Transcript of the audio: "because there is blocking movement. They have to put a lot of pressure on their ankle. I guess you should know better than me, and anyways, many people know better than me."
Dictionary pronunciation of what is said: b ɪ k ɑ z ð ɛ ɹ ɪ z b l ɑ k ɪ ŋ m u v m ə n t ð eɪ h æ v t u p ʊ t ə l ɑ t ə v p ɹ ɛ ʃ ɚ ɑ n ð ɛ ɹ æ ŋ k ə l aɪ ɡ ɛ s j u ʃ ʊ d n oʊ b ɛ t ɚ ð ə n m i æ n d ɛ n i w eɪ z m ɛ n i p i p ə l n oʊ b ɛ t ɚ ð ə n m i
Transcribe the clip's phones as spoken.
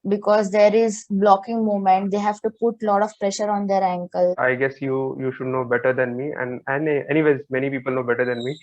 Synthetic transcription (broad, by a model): b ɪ k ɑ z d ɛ ɹ ɪ z b l ɑ k ɪ ŋ m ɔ m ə n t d eɪ h æ v t u p ʊ t l ɑ t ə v p ɹ ɛ ʃ ɚ ɑ n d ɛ ɹ æ ŋ k ə l aɪ ɡ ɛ s j u ʃ ʊ d n oʊ b ɛ t ɚ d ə n m i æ n d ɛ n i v eɪ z m ɛ n i p i p ə l n oʊ b ɛ t ɚ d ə n m i